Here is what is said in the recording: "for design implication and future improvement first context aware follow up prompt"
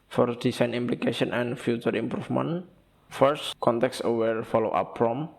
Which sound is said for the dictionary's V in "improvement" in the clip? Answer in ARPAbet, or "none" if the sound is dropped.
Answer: F